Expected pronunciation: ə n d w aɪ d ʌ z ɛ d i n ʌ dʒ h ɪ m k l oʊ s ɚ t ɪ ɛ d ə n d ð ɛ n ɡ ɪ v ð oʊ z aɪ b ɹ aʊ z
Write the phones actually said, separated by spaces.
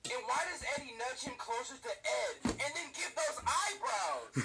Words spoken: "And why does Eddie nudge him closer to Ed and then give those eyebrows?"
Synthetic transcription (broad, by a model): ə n w aɪ d ʌ z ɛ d i n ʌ tʃ h ɪ m k l oʊ s ɚ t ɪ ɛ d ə n ð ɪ n ɡ ɪ v ð oʊ z aɪ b ɹ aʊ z